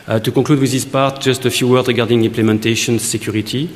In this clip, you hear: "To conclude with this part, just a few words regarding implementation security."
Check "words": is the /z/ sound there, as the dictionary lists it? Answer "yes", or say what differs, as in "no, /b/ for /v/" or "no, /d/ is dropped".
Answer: no, /z/ is dropped